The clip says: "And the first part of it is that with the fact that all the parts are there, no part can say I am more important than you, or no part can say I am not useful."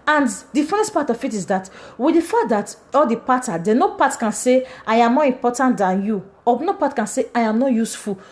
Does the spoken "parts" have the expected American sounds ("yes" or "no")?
no